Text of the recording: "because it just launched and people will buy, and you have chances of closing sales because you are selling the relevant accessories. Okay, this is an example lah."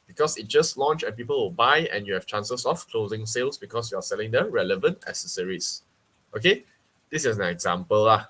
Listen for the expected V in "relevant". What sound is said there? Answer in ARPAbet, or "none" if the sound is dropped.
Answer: V